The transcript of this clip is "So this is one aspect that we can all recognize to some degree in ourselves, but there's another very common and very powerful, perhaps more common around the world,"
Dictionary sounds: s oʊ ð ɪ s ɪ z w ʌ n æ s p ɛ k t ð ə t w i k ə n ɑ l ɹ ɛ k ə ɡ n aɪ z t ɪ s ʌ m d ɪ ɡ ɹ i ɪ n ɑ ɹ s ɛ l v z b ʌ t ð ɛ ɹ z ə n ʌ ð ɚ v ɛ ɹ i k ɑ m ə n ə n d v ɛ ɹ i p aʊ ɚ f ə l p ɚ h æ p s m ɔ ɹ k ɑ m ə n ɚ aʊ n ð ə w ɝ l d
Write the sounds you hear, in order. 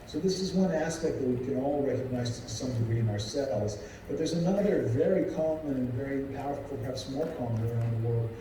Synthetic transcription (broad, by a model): s oʊ ð ɪ s ɪ z w ʌ n æ s p ɛ k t ð ə t w i k ə n ɑ l ɹ ɛ k ə ɡ n aɪ z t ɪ s ʌ m d ɪ ɡ ɹ i ɪ n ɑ ɹ s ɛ l z b ʌ t ð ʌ ɹ z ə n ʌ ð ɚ v ɛ ɹ i k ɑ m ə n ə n v ɛ ɹ i p aʊ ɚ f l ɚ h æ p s m ɔ l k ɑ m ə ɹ aʊ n ð ə w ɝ l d